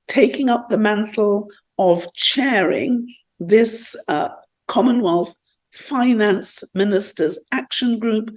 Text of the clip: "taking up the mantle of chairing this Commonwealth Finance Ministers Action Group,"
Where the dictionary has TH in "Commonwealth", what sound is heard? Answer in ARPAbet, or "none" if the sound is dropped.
TH